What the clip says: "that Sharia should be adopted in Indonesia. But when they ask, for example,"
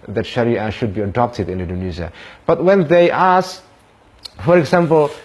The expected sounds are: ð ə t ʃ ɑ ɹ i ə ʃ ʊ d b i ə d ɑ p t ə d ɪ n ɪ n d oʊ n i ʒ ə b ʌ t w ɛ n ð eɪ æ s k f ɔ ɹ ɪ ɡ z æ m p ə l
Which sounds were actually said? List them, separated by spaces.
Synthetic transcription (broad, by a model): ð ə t ʃ ɑ ɹ i ə ʃ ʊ d b i ə d ɑ p t ə d ɪ n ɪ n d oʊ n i z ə b ʌ t w ɛ n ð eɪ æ s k f ɔ ɹ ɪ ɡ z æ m p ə l